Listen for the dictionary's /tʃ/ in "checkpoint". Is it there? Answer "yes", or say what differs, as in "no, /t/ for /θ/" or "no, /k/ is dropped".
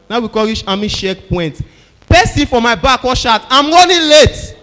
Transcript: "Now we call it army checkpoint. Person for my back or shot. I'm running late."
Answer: no, /ʃ/ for /tʃ/